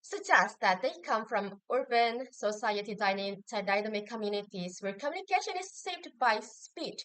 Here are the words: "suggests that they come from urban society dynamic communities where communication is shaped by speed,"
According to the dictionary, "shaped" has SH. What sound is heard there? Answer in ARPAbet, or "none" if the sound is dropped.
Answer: S